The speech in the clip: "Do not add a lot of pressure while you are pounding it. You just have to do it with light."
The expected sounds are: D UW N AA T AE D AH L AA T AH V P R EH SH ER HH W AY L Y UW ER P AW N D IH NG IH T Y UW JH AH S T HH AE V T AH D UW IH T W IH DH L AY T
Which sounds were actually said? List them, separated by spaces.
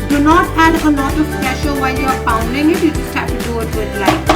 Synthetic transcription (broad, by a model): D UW N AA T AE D AH L AA T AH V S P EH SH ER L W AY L Y UW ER F AW N D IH NG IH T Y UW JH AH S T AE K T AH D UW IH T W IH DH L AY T